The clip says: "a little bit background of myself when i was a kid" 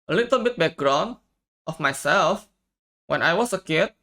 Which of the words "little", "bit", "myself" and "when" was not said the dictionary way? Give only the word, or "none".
none